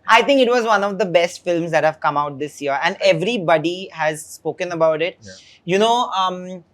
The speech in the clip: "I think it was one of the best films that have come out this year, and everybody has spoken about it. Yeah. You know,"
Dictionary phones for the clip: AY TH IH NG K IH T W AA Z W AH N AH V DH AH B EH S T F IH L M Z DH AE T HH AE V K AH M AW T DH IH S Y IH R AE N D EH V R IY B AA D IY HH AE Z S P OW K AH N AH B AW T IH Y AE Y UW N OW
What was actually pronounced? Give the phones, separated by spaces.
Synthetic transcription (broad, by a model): AY T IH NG K IH T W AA Z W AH N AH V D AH B EH S T F IH L M Z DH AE T HH AE V K AH M AW T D IH S Y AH R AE N D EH V R IY B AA D IY HH AE Z S P OW K AH N AH B AW T IH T Y UW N OW